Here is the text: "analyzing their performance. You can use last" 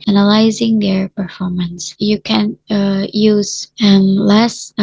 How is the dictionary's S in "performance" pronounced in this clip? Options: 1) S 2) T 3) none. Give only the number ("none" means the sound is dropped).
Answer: 1